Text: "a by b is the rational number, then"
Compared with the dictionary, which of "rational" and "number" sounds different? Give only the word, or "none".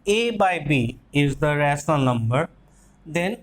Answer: rational